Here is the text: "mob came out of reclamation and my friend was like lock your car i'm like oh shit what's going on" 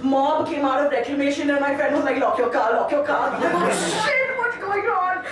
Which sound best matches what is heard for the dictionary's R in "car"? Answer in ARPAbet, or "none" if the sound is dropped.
L